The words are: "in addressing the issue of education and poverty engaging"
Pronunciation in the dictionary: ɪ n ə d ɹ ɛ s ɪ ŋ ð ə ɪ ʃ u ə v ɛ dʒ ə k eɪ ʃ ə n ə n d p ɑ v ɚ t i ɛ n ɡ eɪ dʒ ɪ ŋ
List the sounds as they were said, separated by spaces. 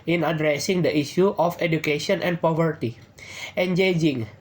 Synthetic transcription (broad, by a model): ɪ n ə d ɹ ɛ s ɪ ŋ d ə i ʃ u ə f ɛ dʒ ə k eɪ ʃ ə n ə n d p ɑ v ɚ t i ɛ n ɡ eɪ dʒ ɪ ŋ